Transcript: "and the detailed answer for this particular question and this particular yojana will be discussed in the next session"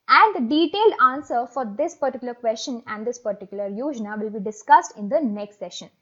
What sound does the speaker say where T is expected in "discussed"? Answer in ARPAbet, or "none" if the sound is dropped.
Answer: T